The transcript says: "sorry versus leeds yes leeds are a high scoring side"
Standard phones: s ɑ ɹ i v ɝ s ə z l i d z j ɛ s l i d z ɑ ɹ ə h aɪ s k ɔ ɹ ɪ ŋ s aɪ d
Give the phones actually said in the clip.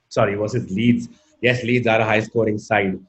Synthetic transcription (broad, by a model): s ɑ ɹ i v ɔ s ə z l i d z j ɛ s l i d z ɑ ɹ ə h aɪ s k ɔ ɹ ɪ ŋ s aɪ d